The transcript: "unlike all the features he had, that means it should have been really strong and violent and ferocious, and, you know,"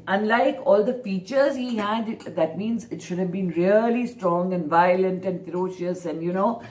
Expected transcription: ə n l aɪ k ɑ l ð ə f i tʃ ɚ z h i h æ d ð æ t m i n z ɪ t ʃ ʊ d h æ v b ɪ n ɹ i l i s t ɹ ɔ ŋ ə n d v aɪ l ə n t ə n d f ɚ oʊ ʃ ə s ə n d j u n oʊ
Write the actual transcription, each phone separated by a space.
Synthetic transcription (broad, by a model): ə n l aɪ k ɑ l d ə f i tʃ ɚ z h i h æ d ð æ t m i n z ɪ t ʃ ʊ d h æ v b ɪ n ɹ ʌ l i s t ɹ ɔ ŋ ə n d v aɪ l ə n t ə n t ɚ oʊ ʃ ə s ə n d j u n oʊ